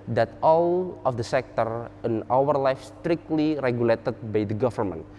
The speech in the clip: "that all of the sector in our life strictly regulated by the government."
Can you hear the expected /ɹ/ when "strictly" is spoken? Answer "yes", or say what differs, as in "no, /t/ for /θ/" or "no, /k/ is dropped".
yes